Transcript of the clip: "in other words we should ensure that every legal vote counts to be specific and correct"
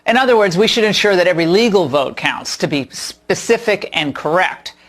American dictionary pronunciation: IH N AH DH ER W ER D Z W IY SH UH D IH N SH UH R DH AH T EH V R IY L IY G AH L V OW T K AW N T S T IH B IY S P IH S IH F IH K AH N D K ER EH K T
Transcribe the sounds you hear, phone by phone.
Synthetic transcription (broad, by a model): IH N AH DH ER W ER D Z W IY SH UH D IH N SH UH R DH AH T EH V R IY L IY G L V OW T K AW N T S T IH B IY S P IH S IH F IH K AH N K ER EH K T